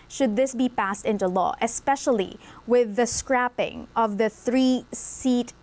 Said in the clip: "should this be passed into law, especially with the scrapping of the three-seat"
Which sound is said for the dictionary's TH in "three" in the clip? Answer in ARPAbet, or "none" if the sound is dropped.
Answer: TH